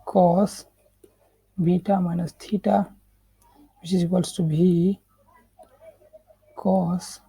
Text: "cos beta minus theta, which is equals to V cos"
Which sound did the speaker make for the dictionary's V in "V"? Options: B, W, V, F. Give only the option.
B